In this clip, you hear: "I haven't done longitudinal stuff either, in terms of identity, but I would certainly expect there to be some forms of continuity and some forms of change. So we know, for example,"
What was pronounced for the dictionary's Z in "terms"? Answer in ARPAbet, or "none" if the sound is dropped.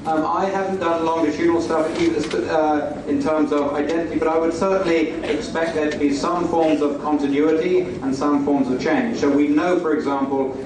Z